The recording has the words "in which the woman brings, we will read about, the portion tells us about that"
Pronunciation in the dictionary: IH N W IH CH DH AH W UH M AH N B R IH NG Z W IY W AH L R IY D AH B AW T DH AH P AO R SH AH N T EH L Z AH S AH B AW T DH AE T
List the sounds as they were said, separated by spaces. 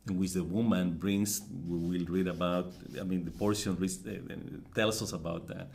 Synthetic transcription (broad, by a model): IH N W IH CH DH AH W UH M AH N B R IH NG S W IY W AH L R IY D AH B AW T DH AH P AO R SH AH N T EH L S AH S AH B AW T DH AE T